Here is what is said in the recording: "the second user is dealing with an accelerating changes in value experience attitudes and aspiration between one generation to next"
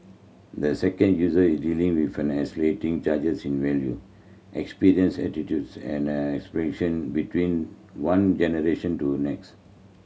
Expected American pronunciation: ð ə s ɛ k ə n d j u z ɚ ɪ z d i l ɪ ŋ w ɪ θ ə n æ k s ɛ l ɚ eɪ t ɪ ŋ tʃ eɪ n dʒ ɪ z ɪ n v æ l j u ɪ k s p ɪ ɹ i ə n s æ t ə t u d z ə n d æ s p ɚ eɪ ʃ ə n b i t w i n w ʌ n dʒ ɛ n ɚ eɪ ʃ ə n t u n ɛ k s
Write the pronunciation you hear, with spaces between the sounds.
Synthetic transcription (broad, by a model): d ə s ɛ k ə n d j u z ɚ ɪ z d i l ɪ ŋ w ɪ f ə n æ s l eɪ t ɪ ŋ tʃ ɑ dʒ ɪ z ɪ n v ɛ l j u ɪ k s p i ɹ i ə n s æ t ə t u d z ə n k s p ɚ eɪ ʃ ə n b i t w i n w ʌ n dʒ ɛ n ɚ eɪ ʃ ə n t u n ɛ k s